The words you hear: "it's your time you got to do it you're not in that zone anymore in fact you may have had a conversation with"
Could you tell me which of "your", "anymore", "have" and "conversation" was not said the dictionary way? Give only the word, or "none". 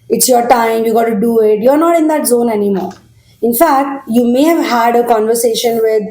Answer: none